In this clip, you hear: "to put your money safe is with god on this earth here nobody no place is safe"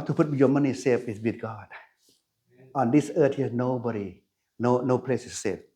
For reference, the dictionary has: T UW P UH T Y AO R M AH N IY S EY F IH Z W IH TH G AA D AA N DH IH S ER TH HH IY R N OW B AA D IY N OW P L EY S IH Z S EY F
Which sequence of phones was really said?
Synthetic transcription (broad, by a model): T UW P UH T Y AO M AH N IY S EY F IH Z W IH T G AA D AA N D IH S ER T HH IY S N OW B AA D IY N OW P L EY S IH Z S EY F